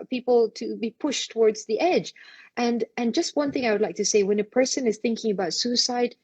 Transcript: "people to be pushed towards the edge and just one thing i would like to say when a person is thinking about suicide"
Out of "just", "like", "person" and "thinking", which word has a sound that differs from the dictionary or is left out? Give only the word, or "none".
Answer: none